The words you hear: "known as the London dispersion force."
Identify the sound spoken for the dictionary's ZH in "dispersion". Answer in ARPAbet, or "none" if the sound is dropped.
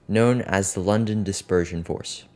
ZH